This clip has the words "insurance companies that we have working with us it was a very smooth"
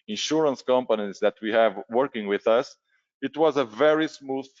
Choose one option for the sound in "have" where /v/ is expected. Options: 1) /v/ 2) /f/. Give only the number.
1